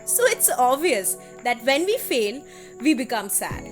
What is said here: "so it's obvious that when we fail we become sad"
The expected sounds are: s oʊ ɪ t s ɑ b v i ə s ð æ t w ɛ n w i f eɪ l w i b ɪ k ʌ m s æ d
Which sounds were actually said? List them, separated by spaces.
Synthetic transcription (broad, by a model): s oʊ ɪ t s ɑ v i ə s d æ t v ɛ n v i f eɪ l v i b ɪ k ʌ m s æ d